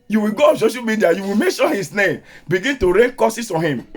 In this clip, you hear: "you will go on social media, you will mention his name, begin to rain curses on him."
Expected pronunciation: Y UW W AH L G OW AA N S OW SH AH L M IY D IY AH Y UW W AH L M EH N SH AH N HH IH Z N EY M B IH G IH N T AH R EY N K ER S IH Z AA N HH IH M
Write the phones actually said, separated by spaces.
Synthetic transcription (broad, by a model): Y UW W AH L G OW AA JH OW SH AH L M IY D IY AH Y UW W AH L M EH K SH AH HH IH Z N EY M B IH G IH N T AH R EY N K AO S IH S AA N HH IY M